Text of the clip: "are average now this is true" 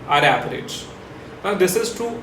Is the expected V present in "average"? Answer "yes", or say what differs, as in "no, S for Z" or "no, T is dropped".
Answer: no, P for V